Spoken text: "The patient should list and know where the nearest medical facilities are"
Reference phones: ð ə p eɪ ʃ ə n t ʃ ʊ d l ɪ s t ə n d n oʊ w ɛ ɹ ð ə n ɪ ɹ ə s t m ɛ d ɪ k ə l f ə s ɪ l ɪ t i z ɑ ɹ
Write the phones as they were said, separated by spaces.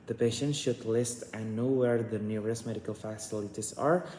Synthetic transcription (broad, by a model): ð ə p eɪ ʃ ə n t ʃ ʊ d l ɪ s t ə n n oʊ w ɛ ɹ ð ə n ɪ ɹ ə s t m ɛ d ɪ k ə l f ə s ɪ l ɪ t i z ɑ ɹ